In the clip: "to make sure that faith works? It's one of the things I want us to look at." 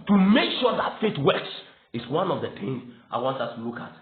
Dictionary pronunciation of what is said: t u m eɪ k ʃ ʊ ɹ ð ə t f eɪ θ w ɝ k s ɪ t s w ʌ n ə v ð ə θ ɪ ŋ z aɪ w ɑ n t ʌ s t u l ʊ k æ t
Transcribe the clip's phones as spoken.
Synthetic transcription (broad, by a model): t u m eɪ k ʃ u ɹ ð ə t f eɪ t w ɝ k s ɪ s w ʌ n ə v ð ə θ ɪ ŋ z aɪ w ɑ n t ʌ s t u l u k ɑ t